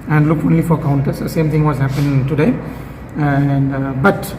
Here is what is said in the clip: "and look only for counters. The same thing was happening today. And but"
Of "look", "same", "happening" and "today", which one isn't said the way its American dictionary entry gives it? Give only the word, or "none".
happening